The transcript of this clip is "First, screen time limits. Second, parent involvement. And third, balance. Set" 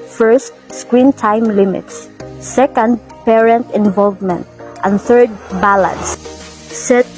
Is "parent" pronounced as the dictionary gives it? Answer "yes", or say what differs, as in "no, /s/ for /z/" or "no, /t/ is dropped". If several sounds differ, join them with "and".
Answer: yes